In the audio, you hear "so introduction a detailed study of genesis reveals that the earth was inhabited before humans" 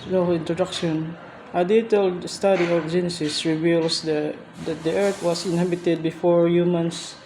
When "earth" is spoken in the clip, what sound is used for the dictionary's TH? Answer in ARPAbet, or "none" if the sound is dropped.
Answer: T